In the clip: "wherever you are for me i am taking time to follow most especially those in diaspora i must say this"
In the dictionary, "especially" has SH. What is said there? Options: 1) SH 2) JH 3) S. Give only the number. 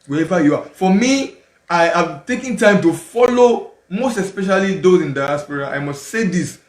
1